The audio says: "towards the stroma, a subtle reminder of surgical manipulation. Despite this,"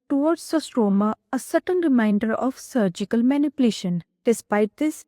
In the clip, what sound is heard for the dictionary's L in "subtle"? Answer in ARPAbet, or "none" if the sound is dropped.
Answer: N